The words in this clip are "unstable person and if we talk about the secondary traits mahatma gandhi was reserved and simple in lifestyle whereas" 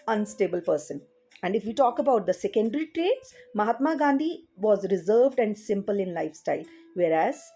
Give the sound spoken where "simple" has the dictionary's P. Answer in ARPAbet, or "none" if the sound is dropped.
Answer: P